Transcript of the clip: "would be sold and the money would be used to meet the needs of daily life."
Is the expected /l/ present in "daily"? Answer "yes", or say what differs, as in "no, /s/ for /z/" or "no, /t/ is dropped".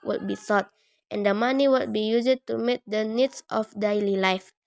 yes